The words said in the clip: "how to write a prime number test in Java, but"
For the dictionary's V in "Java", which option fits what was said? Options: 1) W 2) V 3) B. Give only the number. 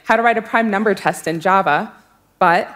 2